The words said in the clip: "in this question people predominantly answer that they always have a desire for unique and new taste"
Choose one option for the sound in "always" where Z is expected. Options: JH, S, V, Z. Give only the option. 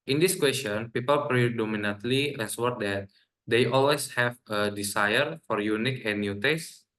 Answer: S